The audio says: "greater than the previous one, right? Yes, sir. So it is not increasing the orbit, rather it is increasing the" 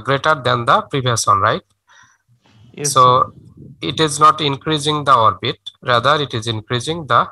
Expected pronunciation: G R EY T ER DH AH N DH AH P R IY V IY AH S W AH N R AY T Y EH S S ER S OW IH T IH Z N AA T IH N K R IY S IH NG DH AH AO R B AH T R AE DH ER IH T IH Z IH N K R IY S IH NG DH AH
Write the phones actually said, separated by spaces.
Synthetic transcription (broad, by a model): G R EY T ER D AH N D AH P R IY B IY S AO N R AY T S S S OW IH T IH Z N AA T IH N K R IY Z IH NG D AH AO R B AH T R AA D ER IH T IH Z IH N K R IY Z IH NG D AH